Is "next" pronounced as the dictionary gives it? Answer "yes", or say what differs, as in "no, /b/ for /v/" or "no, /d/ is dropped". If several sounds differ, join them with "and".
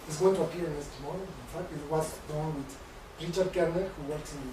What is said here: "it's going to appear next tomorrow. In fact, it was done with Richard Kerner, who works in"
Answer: no, /k/ is dropped